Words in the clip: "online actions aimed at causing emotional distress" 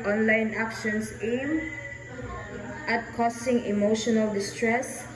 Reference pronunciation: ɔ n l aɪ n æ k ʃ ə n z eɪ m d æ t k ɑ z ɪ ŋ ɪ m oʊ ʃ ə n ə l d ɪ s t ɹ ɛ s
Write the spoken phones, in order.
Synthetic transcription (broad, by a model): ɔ n l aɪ n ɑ k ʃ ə n s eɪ m ɑ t k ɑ s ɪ ŋ ɪ m oʊ ʃ ə n ə l d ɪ s t ɹ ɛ s